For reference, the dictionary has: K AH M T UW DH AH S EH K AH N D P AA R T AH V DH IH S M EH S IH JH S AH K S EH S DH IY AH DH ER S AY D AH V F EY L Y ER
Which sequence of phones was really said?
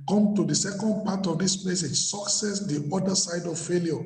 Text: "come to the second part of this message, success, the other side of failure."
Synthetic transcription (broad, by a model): K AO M T UW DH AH S EH K AH N D P AA T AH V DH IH S M EH S IH JH S AH K S EH S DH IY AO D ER S AY D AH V F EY L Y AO